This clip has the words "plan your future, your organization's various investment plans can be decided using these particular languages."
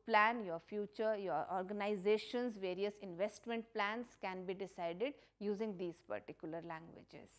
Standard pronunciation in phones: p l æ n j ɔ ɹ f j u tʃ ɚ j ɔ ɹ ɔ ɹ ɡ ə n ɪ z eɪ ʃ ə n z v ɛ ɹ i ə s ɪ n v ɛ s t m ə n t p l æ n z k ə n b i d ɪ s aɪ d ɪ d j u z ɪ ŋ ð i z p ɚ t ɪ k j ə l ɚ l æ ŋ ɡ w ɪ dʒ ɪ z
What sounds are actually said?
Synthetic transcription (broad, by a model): p l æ n j ɔ ɹ f j u tʃ ɚ j ɔ ɹ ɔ ɹ ɡ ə n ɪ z eɪ ʃ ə n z v ɛ ɹ i ə s ɪ n v ɛ s t m ə n t p l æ n s k ə n b i d ɪ s aɪ d ɪ d j u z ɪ ŋ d i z p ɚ t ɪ k j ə l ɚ l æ ŋ ɡ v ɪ dʒ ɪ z